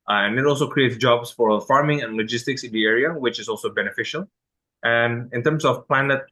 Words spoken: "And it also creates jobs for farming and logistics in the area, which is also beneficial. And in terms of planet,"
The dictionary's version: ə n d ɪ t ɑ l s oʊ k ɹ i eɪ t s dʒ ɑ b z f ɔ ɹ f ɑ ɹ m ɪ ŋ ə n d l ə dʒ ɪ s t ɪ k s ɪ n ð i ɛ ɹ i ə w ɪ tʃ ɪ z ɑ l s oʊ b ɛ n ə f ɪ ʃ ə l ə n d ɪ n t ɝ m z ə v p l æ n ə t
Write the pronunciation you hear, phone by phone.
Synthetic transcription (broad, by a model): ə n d ɪ t ɑ l s oʊ k ɹ i eɪ t s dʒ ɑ b s f ɔ ɹ f ɑ ɹ m ɪ ŋ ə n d l ə dʒ ɪ s t ɪ k s ɪ n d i ɛ ɹ i ə w ɪ tʃ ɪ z ɑ l s oʊ b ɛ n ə f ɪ ʃ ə l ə n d ɪ n t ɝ m s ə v p l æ n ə t